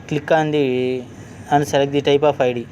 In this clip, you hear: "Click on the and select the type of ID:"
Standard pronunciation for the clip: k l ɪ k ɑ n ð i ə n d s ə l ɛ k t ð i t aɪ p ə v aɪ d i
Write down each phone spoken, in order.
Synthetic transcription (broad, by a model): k l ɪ k ɑ n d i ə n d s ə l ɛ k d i t aɪ p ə p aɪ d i